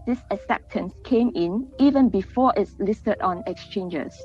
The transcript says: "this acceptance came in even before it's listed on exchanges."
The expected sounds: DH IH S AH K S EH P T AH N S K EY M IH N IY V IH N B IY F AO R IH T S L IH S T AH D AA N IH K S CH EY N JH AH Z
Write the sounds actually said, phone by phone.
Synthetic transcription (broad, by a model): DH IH S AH S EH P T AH N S K EY M IH N IY V IH N B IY F AO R IH T S L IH S T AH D AA N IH K S CH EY N JH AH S